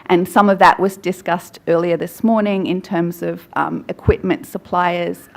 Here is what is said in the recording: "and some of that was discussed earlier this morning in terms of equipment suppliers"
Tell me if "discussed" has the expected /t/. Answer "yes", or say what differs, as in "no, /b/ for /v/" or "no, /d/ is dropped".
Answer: yes